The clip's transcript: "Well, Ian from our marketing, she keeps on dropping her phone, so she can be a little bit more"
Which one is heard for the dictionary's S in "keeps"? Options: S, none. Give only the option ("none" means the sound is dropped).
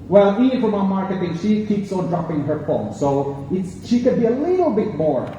S